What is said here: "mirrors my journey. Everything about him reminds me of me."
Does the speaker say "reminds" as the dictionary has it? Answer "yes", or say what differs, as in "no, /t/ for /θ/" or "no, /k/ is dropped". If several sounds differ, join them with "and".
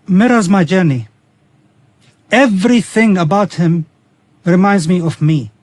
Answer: yes